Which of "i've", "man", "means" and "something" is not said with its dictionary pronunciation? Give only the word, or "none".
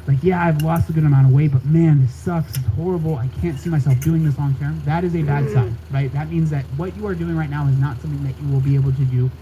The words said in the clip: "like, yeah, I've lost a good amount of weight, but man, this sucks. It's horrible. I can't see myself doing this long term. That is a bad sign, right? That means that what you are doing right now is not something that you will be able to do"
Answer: none